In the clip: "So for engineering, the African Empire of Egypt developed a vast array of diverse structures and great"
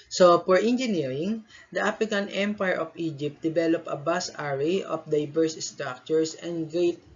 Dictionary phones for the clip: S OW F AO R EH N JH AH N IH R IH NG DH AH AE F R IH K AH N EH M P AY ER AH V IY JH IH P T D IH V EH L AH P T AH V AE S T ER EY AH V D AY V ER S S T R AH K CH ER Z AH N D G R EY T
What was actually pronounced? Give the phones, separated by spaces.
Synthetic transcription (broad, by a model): S OW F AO R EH N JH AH N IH R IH NG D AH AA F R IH K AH N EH M P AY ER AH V IY JH IH P T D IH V EH L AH P AH B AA S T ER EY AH F D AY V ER S S T R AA K CH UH S AH N D G R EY T